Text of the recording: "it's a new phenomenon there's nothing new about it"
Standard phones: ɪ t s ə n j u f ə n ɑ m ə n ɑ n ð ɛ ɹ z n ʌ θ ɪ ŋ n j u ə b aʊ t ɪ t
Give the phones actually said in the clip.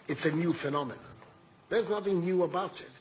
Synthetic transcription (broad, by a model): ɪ t s ə n j u f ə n ɑ m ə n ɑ ð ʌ ɹ z n ʌ θ ɪ ŋ n j u ə b aʊ t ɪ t